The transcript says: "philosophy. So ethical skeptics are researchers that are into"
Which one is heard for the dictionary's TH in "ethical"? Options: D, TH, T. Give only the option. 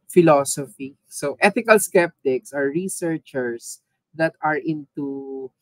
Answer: T